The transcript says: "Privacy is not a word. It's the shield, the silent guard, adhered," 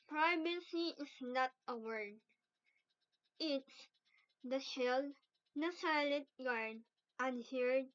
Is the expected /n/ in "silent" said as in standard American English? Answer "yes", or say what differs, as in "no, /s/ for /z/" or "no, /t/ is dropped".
no, /n/ is dropped